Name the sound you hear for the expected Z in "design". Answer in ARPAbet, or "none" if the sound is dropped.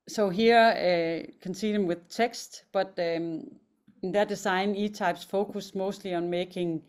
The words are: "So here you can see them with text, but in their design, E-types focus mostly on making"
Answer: S